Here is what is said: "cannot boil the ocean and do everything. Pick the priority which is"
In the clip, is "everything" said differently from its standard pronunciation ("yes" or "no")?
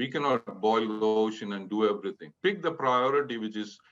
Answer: yes